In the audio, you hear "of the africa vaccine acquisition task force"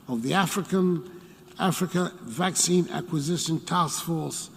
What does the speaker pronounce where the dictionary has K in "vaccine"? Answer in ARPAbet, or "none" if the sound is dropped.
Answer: K